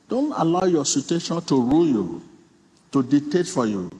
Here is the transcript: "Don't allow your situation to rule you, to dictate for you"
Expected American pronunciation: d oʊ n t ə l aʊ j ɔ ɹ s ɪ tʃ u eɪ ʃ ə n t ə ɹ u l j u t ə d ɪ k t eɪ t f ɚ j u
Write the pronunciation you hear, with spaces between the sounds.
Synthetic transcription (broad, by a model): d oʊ n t ə l aʊ j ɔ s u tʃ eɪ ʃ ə n t ə ɹ u l j u t ə d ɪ t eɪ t f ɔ j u